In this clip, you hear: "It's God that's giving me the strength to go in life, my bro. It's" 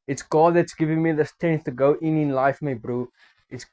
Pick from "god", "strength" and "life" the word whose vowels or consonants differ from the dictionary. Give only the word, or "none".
strength